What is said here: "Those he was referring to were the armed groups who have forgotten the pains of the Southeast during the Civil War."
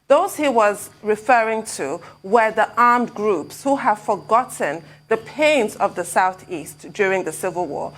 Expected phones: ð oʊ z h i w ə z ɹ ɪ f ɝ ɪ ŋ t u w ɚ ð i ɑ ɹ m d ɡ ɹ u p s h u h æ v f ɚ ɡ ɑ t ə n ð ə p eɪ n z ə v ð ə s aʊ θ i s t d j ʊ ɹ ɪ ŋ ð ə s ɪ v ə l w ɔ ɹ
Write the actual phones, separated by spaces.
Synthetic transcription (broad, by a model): ð oʊ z h i w ə z ɹ ɪ f ɝ ɪ ŋ t u w ɚ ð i ɑ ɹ m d ɡ ɹ u p s h u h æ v f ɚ ɡ ɑ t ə n ð ə p eɪ n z ə v ð ə s aʊ θ i s t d j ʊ ɹ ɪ ŋ ð ə s ɪ v ə l w ɔ ɹ